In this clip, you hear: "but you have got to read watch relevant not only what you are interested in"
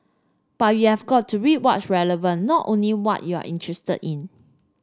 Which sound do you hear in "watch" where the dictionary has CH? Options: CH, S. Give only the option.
S